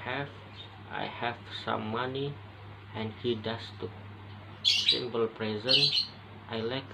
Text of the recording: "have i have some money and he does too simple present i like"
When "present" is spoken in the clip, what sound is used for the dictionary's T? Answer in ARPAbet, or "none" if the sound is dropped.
T